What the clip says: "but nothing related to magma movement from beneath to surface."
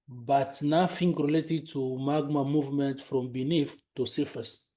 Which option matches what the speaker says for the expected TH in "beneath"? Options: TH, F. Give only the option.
F